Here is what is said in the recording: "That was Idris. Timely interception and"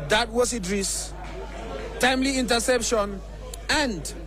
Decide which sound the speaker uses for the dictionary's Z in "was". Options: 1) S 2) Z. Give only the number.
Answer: 1